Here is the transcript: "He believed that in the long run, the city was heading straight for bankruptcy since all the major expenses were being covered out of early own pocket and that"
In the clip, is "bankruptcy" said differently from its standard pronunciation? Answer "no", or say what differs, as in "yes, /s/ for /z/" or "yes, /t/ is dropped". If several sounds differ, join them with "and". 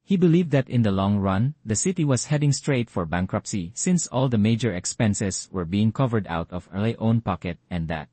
no